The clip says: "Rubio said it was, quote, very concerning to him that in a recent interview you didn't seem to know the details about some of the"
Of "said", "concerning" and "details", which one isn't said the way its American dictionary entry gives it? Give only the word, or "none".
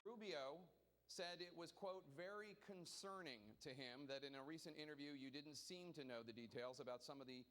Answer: none